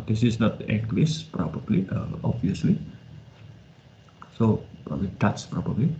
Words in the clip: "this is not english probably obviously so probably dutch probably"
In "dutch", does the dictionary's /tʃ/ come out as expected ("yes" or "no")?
no